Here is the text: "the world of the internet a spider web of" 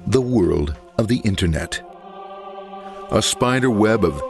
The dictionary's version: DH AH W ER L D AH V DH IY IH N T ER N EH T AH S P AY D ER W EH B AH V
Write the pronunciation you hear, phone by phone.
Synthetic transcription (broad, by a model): DH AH W ER L D AH V DH IY IH N T ER N EH T AH S P AY D ER W EH B AH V